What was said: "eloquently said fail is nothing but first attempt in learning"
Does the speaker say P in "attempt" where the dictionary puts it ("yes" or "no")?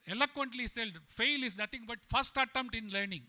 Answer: no